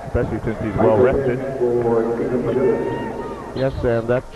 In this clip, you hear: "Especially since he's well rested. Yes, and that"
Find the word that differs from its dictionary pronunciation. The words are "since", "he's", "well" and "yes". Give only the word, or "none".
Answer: none